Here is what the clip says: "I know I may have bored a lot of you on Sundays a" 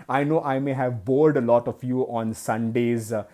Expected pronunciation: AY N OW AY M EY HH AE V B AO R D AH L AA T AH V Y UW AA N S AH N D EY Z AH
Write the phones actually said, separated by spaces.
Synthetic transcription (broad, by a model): AY N OW AY M EY HH AE V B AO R D AH L AA T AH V Y UW AA N S AH N D EY Z